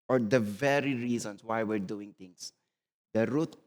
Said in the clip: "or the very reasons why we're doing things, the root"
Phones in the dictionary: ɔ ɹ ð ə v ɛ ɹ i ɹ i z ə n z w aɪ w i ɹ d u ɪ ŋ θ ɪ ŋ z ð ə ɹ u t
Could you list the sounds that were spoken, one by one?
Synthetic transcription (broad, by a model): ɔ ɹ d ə v ɛ ɹ i ɹ i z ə n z w aɪ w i ɹ d u ɪ ŋ t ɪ ŋ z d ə ɹ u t